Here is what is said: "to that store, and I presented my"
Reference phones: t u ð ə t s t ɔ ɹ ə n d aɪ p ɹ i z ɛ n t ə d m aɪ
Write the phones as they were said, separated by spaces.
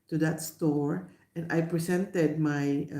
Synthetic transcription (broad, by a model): t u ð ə t s t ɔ ɹ ə n d aɪ p ɹ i s ɛ n t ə d m aɪ